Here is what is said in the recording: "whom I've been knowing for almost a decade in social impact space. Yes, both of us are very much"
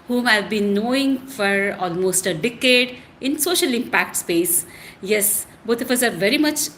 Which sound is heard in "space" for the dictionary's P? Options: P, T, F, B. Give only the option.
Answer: P